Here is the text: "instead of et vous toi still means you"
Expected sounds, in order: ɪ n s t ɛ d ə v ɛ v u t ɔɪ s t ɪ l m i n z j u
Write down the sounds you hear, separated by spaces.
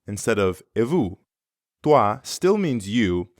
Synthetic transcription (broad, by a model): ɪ n s t ɛ d ə v ɛ v u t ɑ s t ɪ l m i n z j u